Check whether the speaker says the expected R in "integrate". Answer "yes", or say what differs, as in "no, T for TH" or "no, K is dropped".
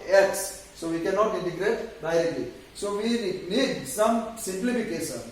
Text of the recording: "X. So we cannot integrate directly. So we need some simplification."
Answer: yes